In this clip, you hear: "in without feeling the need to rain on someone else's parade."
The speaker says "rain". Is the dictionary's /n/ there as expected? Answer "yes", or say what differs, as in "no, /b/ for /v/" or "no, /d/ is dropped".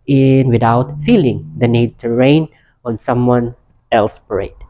yes